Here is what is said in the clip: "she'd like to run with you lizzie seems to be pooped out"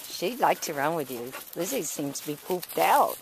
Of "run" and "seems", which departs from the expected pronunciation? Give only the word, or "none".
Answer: none